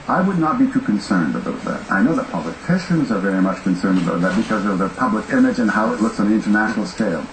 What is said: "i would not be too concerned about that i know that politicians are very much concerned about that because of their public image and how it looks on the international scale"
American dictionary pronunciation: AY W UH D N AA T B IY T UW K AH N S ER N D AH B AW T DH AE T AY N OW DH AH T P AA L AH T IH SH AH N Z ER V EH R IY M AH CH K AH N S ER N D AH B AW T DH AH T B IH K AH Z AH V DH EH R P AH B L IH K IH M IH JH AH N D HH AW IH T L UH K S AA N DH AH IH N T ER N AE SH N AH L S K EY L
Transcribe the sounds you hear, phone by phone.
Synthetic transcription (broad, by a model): AY W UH D N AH T B IY T UW K AH N S ER N D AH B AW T DH AE T AY N OW DH AH T P AA L AH T IH SH AH N Z ER V EH R IY M AH CH K AH N S ER N D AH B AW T DH AH T B IH K AH Z AH V DH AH P AH B L IH K IH M IH JH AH N HH AW IH T L UH K S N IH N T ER N AE SH N L S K EY L